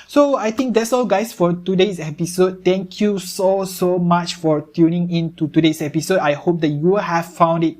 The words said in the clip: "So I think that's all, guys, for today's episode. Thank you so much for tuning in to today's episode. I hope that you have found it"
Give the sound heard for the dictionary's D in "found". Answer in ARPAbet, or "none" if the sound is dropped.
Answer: D